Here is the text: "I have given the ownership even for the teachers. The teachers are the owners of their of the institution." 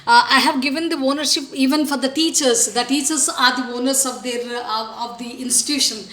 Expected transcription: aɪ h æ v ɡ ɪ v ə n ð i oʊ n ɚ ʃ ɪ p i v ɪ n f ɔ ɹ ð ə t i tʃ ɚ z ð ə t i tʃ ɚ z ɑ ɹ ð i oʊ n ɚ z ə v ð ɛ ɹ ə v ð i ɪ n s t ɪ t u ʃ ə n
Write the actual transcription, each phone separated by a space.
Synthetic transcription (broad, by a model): aɪ h æ v ɡ ɪ v ə n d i oʊ n ɚ ʃ ɪ p i v ɪ n f ɔ ɹ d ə t i tʃ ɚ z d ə t i tʃ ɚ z ɑ ɹ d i oʊ n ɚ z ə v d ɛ ɹ ə v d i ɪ n s t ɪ t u ʃ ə n